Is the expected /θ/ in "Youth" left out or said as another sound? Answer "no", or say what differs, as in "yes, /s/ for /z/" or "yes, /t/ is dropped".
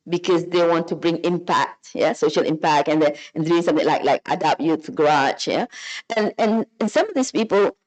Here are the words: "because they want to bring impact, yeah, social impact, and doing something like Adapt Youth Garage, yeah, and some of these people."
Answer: yes, /t/ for /θ/